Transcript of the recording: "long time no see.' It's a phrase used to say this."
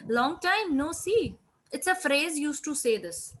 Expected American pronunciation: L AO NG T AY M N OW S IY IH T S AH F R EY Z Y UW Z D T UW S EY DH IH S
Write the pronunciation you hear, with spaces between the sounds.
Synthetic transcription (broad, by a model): L AO NG T AY M N OW S IY IH T S AH F R EY Z Y UW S T UW S EY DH IH S